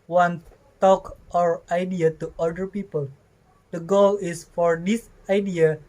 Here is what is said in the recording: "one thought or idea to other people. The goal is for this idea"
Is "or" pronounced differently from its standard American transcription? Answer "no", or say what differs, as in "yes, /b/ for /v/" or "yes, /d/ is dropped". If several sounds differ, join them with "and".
no